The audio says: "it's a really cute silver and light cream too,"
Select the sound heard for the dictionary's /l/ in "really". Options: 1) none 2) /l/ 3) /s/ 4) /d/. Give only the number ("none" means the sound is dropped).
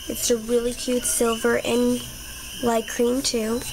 2